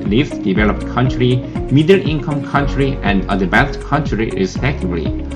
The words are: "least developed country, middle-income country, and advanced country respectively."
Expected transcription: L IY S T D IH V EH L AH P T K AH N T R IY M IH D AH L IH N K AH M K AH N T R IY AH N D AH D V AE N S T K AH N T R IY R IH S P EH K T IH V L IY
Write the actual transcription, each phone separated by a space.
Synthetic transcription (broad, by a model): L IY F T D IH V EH L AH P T K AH N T R IY M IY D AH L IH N K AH M K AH N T R IY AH N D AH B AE S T K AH N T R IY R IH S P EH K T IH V L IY